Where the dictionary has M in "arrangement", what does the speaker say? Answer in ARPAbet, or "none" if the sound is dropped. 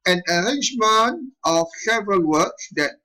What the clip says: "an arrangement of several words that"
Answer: M